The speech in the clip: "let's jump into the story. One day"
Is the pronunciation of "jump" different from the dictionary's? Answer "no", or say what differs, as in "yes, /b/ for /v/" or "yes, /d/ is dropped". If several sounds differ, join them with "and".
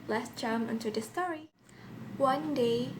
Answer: yes, /p/ is dropped